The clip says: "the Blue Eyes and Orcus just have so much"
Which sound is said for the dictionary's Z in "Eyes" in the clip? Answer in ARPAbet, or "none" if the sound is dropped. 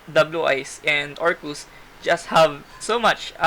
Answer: S